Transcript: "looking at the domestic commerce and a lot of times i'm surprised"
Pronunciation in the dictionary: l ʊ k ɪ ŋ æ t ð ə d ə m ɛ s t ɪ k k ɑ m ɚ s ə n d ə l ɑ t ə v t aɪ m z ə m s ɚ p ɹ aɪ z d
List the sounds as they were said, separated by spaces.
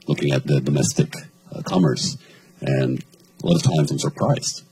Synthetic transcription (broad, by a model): l ʊ k ɪ ŋ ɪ t ð ə d ə m ɛ s t ɪ k k ɑ m ɚ s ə n ə l ɑ t ə v t aɪ m z ə m s ɚ p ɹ aɪ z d